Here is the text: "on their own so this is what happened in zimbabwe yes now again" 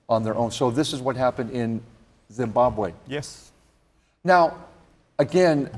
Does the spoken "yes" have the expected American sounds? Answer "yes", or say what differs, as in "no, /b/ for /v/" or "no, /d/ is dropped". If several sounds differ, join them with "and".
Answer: yes